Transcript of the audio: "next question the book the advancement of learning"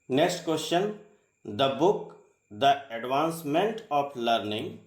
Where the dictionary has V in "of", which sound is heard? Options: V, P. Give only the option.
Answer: P